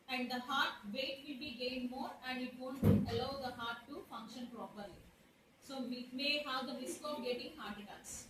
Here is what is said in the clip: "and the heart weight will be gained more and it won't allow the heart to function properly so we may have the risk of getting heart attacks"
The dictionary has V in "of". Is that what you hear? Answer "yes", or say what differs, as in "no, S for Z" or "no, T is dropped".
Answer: no, P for V